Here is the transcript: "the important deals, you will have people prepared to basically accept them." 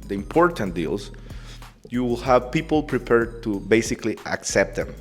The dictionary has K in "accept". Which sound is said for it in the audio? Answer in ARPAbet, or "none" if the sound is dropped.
K